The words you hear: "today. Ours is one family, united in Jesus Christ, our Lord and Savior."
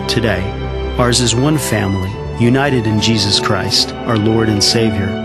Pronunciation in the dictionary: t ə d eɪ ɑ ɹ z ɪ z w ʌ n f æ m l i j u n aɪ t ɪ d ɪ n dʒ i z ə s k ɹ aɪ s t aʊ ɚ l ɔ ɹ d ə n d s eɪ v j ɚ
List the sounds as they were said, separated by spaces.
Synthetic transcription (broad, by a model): t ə d eɪ ɑ ɹ z ɪ z w ʌ n f æ m l i j u n aɪ t ɪ d ɪ n dʒ i z ə s k ɹ aɪ s t aʊ ɚ l ɔ ɹ d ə n s eɪ v j ɚ